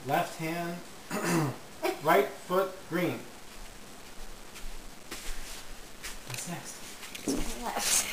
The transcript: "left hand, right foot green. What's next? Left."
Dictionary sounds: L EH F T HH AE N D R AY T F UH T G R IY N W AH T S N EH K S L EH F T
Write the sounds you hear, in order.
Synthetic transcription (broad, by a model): L EH F T HH AE N D L AY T F UH T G R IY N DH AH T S N EH K S T